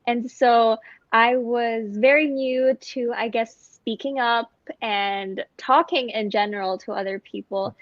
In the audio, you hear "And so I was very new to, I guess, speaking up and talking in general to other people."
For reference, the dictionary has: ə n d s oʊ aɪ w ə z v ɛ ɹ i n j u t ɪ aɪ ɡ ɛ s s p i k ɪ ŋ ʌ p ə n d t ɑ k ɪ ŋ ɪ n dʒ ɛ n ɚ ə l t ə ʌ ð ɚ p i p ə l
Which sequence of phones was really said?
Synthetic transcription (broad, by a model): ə n s oʊ aɪ w ə z v ɛ ɹ i n j u t ɪ aɪ ɡ ɛ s s p i k ɪ ŋ ʌ p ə n t ɑ k ɪ ŋ ɪ n dʒ ɛ n ɚ l t ə ʌ ð ɚ p i p l